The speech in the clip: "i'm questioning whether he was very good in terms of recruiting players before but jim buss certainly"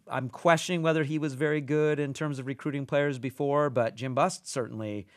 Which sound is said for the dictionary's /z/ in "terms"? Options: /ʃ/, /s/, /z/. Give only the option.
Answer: /z/